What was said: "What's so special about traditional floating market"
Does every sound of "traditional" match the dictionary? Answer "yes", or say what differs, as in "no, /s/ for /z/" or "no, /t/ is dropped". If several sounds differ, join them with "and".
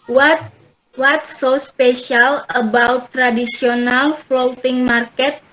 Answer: no, /s/ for /ʃ/